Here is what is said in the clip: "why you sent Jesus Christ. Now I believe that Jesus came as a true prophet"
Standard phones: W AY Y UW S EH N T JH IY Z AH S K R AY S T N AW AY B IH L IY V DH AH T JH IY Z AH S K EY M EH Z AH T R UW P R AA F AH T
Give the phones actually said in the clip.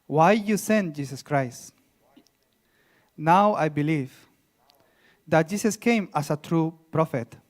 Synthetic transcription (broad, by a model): W AY Y UW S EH N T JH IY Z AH S K R AY S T N AW AY B IH L IY V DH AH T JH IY S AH S K EY M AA S AH T R UW P R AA F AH T